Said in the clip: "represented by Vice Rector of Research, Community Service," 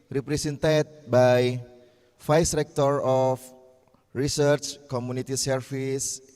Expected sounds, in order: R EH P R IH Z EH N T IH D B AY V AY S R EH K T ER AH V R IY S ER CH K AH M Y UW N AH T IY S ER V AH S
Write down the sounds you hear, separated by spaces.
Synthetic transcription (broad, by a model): R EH P R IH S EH N T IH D B AY F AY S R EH K T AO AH F R IY S ER CH K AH M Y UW N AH T IY S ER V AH S